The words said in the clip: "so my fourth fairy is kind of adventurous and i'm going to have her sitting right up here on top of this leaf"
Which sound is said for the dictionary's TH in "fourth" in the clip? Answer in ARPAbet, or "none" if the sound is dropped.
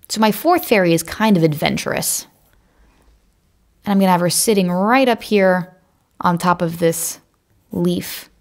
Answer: TH